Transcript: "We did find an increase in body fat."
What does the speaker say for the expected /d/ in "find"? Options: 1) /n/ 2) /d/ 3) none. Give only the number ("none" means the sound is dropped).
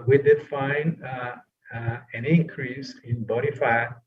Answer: 3